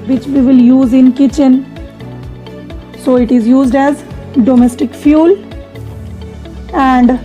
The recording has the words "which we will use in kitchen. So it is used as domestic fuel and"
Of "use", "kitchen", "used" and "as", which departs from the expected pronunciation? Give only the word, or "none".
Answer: none